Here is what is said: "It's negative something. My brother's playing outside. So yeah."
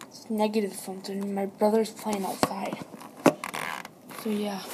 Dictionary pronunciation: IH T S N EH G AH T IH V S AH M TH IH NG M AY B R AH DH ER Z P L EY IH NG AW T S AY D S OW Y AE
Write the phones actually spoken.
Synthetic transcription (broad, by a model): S N EH G AH T IH V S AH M T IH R M AY B R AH DH ER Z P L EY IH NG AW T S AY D S OW Y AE